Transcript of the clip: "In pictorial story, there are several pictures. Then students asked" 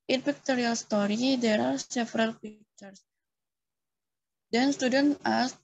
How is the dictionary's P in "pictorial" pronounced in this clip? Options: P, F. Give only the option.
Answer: F